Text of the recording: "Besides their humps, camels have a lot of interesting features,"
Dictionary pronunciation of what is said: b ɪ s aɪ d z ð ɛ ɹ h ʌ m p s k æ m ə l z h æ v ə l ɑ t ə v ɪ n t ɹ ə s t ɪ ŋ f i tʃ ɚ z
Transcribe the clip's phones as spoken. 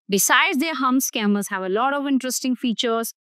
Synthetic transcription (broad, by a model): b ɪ s aɪ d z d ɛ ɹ h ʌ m s k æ m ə z h æ v ə l ɑ t ə v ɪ n t ɹ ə s t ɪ ŋ f i tʃ ɚ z